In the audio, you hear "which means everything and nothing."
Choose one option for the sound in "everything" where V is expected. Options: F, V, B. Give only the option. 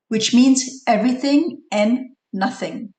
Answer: V